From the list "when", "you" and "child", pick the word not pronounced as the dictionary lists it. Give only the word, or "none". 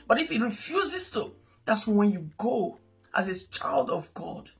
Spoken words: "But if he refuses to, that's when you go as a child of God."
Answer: none